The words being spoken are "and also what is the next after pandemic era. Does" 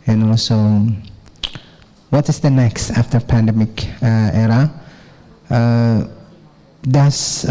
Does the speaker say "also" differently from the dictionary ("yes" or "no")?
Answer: yes